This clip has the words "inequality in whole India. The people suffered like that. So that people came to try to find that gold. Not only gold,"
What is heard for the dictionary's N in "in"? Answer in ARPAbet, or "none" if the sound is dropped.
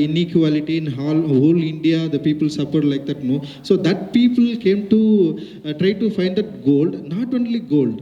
L